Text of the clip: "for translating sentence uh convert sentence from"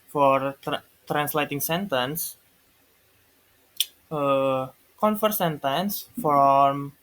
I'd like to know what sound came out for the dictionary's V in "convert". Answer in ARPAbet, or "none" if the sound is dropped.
F